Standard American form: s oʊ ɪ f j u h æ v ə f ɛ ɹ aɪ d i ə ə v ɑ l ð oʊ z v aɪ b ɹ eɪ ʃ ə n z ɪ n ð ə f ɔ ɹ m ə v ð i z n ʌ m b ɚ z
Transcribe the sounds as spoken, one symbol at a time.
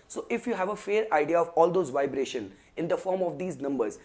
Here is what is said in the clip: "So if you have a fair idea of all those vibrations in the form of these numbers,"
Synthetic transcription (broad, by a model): s oʊ ɪ f j u h æ v ə f ɛ ɹ aɪ d i ə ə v ɑ l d oʊ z v aɪ b ɹ eɪ ʃ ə n ɪ n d ə f ɔ ɹ m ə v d i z n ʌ m b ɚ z